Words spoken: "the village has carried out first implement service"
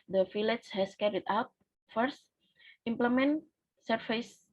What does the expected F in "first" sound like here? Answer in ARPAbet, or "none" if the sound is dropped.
F